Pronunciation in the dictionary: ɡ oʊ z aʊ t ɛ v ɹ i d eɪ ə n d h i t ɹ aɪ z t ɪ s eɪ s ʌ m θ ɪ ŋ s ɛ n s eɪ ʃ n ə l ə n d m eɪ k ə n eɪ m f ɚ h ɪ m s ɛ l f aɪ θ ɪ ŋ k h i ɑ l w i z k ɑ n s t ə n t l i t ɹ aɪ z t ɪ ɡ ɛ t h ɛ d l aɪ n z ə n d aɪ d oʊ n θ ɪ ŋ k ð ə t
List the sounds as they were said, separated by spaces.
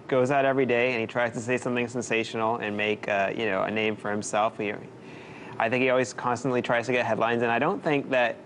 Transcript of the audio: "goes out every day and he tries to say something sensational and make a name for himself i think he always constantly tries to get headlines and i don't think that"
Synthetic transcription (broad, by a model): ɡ oʊ z aʊ t ɛ v ɹ i d eɪ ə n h i t ɹ aɪ z t ɪ s eɪ s ʌ m θ ɪ ŋ s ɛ n s eɪ ʃ n l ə n m eɪ k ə n eɪ m f ɚ h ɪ m s ɛ l f aɪ θ ɪ ŋ k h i ɑ l w i z k ɑ n s t ə n t l i t ɹ aɪ z t ɪ ɡ ɛ t h ɛ d l aɪ n z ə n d aɪ d oʊ n θ ɪ ŋ k ð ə t